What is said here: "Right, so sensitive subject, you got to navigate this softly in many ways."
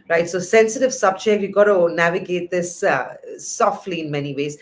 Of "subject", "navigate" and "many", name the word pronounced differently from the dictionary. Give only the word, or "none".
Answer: subject